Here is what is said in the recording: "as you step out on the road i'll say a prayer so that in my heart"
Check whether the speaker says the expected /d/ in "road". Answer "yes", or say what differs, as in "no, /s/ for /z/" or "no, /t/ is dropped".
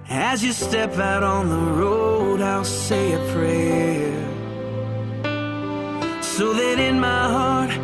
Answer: yes